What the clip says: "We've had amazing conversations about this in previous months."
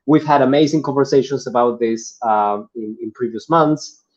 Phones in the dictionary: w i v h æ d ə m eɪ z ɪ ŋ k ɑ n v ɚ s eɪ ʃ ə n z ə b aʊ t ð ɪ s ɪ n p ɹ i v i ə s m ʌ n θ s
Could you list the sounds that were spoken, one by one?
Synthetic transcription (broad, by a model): w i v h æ d ə m eɪ z ɪ ŋ k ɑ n v ɚ s eɪ ʃ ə n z ə b aʊ t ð ɪ s ɪ n p ɹ i v i ə s m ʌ n θ s